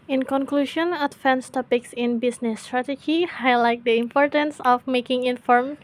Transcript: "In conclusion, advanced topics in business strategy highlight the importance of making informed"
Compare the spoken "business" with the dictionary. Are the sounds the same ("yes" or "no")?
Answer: no